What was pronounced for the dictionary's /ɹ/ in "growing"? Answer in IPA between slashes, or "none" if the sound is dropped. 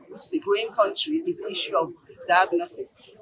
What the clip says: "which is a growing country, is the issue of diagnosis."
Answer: none